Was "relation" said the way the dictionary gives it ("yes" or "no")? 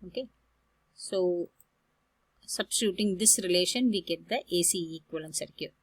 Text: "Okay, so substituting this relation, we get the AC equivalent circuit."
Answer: yes